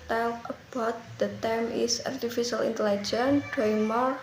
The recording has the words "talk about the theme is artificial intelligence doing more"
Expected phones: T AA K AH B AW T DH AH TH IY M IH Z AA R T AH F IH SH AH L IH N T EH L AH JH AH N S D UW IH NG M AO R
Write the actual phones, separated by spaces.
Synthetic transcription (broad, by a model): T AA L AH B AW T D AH T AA M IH S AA R T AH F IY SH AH L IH N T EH L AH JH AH N D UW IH NG M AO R